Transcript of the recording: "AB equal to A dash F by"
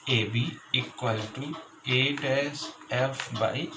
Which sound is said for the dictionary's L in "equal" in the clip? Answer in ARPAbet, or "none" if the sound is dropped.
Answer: L